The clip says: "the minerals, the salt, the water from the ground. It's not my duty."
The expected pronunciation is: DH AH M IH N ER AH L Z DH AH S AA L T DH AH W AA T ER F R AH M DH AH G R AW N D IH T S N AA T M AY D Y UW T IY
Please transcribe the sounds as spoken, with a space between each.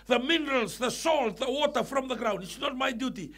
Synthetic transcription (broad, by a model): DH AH M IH N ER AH L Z DH AH S AA L T DH AH W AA T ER F R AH M DH AH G R AW N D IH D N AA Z M AY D Y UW T IY